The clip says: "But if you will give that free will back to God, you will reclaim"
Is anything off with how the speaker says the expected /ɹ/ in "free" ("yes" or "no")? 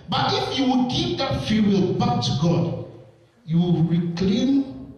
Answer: yes